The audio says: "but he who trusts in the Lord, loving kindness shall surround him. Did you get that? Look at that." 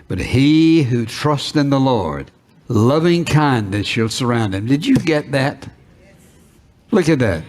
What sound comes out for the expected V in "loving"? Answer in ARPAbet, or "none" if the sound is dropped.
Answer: V